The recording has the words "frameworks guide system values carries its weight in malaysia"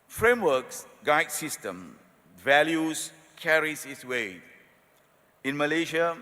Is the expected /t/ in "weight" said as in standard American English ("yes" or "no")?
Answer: no